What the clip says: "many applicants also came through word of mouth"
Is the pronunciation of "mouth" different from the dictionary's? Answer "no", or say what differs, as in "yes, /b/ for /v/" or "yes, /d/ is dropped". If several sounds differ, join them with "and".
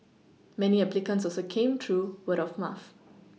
yes, /f/ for /θ/